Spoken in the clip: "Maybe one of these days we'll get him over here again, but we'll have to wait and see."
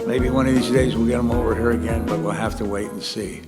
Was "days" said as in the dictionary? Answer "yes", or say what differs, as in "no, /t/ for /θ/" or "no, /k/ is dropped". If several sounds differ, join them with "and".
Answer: yes